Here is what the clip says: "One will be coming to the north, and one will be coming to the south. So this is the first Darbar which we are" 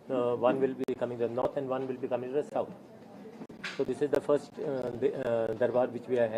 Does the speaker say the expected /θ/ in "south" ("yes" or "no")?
no